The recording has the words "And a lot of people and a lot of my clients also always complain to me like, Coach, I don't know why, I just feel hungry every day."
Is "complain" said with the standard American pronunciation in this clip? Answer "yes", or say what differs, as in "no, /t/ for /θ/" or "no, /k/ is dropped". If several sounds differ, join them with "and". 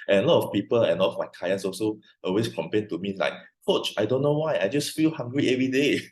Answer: no, /l/ is dropped